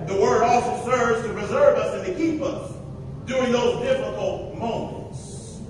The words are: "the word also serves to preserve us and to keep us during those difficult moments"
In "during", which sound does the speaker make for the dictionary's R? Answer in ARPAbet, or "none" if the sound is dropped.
R